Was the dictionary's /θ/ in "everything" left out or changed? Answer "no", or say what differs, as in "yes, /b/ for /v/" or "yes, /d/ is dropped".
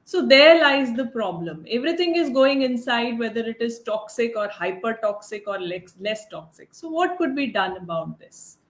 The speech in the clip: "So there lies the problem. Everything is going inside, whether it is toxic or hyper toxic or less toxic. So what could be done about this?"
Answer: yes, /t/ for /θ/